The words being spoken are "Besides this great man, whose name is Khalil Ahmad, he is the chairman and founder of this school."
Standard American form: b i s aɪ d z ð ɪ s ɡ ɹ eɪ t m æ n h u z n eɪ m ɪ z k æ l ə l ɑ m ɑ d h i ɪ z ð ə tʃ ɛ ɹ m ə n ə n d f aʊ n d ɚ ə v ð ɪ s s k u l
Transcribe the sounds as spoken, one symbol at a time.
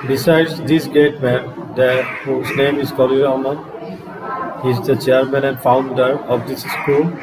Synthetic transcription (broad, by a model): b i s aɪ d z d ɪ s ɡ eɪ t m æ n h u z n eɪ m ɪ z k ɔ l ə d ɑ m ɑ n h i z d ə tʃ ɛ ɹ m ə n ə n d f aʊ n d ɚ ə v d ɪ s s k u l